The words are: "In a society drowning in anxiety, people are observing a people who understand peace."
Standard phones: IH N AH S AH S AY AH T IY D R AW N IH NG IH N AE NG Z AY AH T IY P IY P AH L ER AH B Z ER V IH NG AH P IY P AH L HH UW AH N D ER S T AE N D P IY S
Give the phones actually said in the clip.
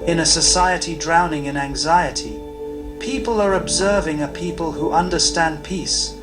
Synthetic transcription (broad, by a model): IH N AH S AH S AY AH T IY D R AW N IH NG IH N AE NG Z AY AH T IY P IY P AH L ER AH B Z ER V IH NG AH P IY P AH L HH UW AH N D ER S T AE N P IY S